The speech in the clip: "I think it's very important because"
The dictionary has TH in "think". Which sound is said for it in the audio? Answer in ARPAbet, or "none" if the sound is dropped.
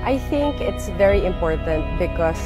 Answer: TH